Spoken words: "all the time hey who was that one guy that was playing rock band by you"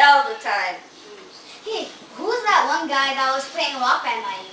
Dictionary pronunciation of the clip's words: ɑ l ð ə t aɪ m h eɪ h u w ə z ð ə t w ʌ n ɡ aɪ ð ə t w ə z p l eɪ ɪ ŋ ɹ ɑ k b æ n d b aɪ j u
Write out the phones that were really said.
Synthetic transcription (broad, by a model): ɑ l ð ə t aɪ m h eɪ h u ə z ð ə t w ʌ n ɡ aɪ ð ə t w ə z p l eɪ ɪ ŋ w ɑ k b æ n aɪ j